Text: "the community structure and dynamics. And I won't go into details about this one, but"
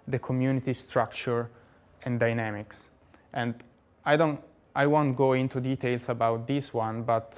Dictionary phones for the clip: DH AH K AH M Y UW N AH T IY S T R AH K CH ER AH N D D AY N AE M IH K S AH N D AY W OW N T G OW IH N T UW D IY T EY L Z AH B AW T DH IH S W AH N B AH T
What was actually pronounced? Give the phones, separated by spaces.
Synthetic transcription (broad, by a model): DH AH K AH M Y UW N AH T IY S T R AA K CH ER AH N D D AY N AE M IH K S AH N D AY W OW N T G OW IH N T UW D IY T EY L S AH B AW T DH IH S W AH N B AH T